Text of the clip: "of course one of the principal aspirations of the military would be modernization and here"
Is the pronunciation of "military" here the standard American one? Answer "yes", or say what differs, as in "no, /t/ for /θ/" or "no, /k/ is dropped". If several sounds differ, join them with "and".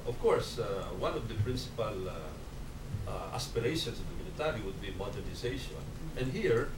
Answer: no, /n/ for /l/